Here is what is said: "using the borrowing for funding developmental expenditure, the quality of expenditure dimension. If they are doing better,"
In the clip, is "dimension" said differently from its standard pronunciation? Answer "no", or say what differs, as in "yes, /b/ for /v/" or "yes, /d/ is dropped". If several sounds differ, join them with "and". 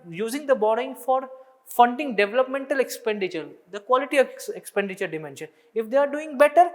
no